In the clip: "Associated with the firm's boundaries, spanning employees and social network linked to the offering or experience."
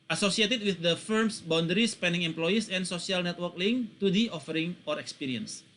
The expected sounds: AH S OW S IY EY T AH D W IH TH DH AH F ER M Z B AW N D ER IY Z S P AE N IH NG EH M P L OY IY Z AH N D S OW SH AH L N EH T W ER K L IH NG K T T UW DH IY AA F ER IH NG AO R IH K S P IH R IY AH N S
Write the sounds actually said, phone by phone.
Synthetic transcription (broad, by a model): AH S OW S IY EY T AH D W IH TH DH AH F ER M S B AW N D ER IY S P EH N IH NG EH M P L OY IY S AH N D S OW S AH L N EH T W ER K L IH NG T T UW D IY AA F ER IH NG AO R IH K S P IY R IY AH N S